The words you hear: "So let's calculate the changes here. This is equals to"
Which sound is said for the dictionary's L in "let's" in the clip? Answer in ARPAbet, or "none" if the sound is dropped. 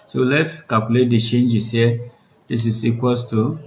L